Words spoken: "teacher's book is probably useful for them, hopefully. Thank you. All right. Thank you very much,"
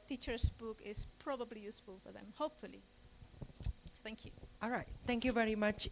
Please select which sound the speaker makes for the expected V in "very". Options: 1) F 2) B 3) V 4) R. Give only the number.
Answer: 3